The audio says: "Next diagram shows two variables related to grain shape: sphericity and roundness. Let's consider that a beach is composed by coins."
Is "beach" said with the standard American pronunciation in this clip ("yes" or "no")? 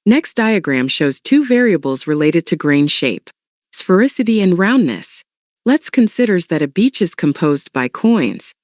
yes